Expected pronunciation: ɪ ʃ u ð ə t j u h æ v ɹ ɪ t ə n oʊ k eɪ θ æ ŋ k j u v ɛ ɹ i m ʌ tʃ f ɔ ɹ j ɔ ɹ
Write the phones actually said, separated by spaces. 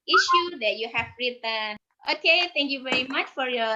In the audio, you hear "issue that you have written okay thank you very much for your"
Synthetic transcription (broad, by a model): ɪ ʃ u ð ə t j u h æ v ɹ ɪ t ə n oʊ k eɪ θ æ ŋ k j u v ɛ ɹ i m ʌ tʃ f ɔ ɹ j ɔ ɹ